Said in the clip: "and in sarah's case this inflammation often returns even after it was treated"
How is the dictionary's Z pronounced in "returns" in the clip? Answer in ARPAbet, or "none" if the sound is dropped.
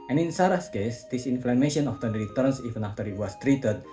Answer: S